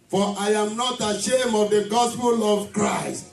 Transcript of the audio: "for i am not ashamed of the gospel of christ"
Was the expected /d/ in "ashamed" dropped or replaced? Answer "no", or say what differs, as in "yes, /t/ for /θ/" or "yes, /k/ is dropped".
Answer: yes, /d/ is dropped